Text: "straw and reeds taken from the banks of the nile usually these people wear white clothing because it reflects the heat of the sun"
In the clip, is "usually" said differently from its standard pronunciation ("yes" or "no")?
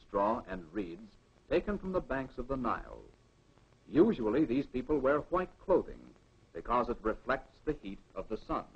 no